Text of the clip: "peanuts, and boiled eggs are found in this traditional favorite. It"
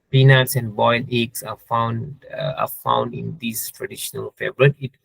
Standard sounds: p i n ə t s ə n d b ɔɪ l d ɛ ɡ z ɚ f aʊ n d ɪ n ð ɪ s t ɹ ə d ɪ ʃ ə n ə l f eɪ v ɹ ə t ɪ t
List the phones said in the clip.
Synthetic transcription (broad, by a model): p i n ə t s ə n d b ɔɪ l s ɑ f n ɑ f aʊ n d ɪ n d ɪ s t ɹ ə d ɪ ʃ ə n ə l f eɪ b ɹ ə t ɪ t